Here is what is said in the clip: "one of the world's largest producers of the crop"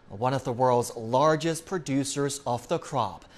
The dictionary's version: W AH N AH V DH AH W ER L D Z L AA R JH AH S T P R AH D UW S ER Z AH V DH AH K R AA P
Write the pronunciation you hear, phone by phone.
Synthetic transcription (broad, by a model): W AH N AH V DH AH W ER L D Z L AA R JH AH S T P R AH D UW S ER Z AH V DH AH K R AA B